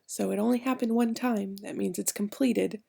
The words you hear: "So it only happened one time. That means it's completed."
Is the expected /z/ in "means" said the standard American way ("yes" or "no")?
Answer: yes